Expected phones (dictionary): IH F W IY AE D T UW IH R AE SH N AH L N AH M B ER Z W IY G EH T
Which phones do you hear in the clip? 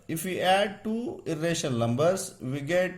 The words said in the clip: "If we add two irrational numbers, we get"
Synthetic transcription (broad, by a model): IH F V IY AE D T UW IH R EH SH AH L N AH M B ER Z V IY G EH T